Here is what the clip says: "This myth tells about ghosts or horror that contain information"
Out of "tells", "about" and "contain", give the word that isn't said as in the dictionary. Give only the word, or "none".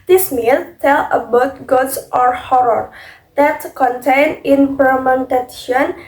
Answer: tells